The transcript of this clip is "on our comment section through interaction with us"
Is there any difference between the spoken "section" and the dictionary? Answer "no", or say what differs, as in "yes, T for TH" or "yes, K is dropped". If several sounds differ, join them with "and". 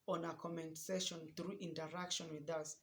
yes, K is dropped